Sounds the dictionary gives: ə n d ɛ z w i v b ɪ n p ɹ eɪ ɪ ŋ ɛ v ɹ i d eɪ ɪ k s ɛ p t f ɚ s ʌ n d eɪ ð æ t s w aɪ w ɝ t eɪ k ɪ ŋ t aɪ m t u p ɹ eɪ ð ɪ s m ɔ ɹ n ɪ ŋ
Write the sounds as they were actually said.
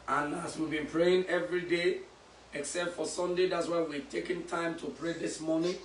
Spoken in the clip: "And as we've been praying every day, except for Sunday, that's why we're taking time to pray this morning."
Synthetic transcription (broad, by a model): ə n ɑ s w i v b ɪ n p ɹ eɪ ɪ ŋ ɛ v ɹ i d eɪ ɪ k s ɛ p t f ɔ s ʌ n d eɪ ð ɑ t s w aɪ w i t eɪ k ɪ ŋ t aɪ m t u p ɹ eɪ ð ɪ s m ɔ n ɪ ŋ